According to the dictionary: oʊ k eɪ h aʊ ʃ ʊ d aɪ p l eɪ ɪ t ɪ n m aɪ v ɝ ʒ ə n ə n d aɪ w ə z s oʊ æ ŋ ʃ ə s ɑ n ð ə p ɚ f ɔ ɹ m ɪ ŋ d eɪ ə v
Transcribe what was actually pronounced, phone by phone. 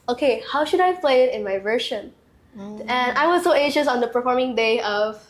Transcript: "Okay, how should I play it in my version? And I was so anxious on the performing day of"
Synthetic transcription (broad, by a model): oʊ k eɪ h aʊ ʃ ʊ d aɪ p l eɪ ɪ t ɪ n m aɪ v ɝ ʃ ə n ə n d aɪ w ə z s oʊ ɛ ʃ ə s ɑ n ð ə p ɚ f ɔ ɹ m ɪ ŋ d eɪ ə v